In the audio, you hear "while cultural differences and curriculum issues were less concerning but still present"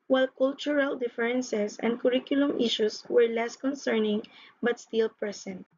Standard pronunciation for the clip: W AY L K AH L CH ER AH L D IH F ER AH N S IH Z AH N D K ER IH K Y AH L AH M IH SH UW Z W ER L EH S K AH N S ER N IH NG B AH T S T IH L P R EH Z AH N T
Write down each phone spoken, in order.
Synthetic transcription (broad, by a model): W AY L K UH L CH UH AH L D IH F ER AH N S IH S AH N D K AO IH K Y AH L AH M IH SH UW S W ER L EH S K AH N S ER N IH NG B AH T S T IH L P R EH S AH N T